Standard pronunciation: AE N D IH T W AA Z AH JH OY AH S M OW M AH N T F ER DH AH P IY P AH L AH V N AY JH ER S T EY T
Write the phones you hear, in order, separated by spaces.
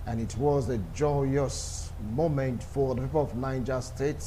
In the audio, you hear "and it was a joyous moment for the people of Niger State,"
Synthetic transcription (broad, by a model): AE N IH T W AA Z AH JH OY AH S M OW M AH N T F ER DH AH P IY P AH L AH V N AY JH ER S T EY T